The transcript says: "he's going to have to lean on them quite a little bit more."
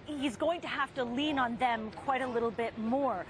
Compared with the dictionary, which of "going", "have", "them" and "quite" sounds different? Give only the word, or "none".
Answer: have